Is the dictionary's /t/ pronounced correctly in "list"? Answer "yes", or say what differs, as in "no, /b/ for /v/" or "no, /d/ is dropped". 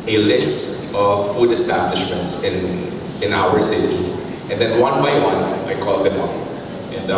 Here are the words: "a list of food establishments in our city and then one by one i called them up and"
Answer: yes